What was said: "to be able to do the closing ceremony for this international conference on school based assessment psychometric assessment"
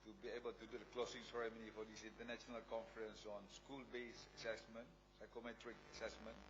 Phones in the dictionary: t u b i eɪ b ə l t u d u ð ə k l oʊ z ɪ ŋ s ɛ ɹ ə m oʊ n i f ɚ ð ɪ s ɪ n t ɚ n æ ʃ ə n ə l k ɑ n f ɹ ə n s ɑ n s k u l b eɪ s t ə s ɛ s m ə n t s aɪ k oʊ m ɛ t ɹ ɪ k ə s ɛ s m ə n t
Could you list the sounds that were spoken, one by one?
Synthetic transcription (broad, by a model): t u b i eɪ b ə l t u d u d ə k l oʊ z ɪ ŋ s ɛ ɹ ə m oʊ n i f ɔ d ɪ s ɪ n t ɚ n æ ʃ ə n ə l k ɑ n f ɹ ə n s ɑ n s k u l b eɪ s ə s ɛ s m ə n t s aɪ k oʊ m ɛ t ɹ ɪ k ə s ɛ s m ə n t